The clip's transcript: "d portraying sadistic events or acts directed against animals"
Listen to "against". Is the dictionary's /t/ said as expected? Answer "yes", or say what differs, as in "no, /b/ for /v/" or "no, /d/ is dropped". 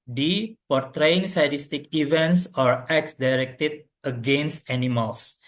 yes